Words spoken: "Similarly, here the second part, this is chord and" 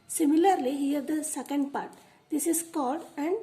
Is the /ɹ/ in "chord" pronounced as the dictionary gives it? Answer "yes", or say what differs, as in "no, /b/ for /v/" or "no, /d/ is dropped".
no, /l/ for /ɹ/